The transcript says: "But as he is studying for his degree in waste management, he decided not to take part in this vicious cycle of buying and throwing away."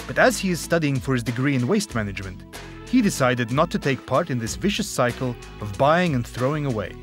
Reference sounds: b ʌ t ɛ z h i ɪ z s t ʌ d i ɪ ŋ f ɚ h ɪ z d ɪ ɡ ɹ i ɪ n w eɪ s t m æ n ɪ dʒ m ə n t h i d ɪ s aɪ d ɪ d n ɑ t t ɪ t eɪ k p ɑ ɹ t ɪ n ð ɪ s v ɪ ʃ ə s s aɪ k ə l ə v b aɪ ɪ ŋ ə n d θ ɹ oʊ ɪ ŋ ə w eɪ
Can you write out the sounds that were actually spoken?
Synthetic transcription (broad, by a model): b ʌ t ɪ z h i ɪ z s t ʌ d i ɪ ŋ f ɚ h ɪ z d ɪ ɡ ɹ i ɪ n w eɪ s t m æ n ɪ dʒ m ə n t h i d ɪ s aɪ d ɪ d n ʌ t t ɪ t eɪ k p ɑ ɹ t ɪ n ð ɪ s v ɪ ʃ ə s s aɪ k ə l ə v b aɪ ɪ ŋ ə n θ ɹ oʊ ɪ ŋ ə w eɪ